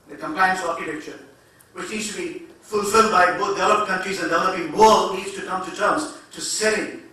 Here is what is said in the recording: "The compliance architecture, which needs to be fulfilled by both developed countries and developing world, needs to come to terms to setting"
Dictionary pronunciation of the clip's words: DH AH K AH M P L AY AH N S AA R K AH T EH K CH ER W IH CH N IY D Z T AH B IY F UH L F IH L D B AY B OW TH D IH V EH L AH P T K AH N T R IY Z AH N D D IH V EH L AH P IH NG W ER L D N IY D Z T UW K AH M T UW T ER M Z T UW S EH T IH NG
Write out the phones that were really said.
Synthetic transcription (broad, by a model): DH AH K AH M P AY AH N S AA R K AH T EH K CH ER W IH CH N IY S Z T B IY F UH L F IH L D B AY B OW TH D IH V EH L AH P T K AH N T R IY Z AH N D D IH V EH L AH P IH NG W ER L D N IY D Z T UW K AH M T UW T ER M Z T UW S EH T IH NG